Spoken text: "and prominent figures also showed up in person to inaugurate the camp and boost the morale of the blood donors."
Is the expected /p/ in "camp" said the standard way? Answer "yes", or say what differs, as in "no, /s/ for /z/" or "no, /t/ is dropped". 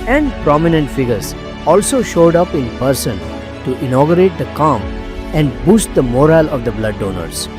no, /p/ is dropped